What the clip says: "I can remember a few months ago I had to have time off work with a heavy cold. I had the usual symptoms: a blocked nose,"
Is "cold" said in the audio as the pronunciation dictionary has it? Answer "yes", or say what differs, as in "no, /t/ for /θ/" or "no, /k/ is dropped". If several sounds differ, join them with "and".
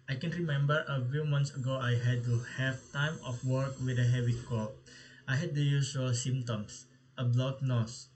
no, /d/ is dropped